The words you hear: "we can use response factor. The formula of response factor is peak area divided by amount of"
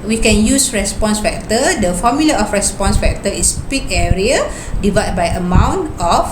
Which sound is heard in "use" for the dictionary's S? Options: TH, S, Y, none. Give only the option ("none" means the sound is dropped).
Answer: S